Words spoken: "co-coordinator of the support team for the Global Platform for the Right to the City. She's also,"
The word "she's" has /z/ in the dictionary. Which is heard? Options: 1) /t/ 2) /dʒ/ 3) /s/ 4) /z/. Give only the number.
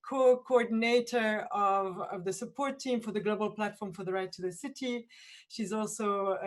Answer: 4